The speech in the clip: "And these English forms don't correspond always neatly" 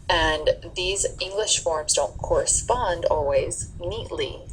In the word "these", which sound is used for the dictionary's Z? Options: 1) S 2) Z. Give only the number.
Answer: 2